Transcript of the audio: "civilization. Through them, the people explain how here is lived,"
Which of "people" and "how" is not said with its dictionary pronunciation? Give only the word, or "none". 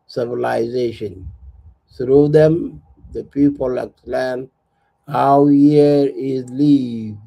none